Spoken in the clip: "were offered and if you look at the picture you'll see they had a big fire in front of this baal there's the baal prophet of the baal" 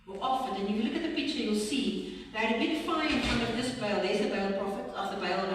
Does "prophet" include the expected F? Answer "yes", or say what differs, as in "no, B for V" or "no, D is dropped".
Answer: yes